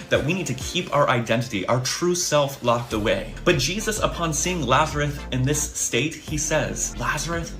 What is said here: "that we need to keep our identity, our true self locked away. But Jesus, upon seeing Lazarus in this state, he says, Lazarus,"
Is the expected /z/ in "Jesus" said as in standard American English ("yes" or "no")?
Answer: yes